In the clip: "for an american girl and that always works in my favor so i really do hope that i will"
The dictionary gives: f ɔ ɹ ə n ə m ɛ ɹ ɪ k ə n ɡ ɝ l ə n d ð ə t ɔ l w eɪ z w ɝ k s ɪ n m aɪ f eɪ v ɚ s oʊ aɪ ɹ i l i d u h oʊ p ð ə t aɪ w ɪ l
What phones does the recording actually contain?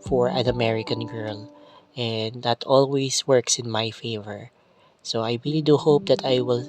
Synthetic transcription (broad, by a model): f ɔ ɹ ə n ə m ɛ ɹ ɪ k ə n ɡ ɝ l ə n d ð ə t ɔ l w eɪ s w ɝ k s ɪ n m aɪ f eɪ v ɚ s oʊ aɪ ɹ i l i d u h oʊ p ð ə t aɪ w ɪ l